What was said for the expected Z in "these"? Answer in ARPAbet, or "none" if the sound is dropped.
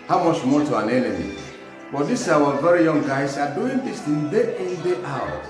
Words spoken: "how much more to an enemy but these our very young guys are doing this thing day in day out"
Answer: S